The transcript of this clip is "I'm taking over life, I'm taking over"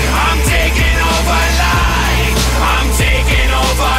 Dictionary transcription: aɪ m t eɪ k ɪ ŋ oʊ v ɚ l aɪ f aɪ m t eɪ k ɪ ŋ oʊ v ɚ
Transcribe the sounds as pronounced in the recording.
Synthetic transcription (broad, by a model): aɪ m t eɪ k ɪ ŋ oʊ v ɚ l aɪ aɪ m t eɪ k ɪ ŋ oʊ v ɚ